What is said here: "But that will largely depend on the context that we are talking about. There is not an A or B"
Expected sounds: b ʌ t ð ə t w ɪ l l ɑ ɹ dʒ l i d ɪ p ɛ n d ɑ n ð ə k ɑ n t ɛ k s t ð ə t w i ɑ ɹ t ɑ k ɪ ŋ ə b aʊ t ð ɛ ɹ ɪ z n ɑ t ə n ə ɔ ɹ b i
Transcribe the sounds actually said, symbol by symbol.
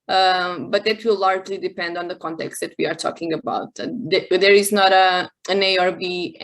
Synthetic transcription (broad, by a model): b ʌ t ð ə t w ɪ l l ɑ ɹ dʒ l i d ɪ p ɛ n d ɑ n ð ə k ɑ n t ɛ k s t ð ə t w i ɑ ɹ t ɑ k ɪ ŋ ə b aʊ t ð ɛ ɹ ɪ z n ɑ t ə n ə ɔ ɹ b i